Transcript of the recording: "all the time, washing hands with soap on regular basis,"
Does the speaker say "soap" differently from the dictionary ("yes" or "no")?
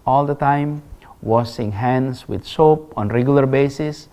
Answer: no